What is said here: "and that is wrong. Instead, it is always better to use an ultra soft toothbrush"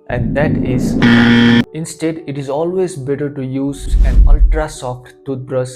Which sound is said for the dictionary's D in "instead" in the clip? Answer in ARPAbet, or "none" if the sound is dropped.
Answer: D